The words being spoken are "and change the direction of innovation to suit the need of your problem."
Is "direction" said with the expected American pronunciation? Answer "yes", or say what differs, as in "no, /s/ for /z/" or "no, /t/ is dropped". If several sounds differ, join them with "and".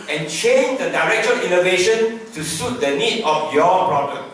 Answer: no, /n/ is dropped